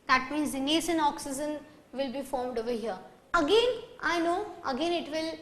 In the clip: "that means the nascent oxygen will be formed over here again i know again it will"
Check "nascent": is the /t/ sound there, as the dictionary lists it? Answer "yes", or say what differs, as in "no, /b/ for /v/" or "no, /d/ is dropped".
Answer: no, /t/ is dropped